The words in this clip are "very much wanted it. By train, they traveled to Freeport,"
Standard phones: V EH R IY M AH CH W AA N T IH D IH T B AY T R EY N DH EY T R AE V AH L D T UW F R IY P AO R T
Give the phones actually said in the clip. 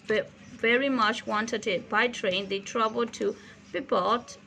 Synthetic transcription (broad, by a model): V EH R IY M AH CH W AA N T IH D IH T B AY T R EY N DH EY T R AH B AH L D T UW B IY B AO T